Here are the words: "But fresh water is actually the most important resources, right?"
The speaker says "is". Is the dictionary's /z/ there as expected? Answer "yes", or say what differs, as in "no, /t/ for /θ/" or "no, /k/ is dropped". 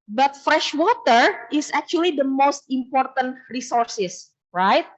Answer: no, /s/ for /z/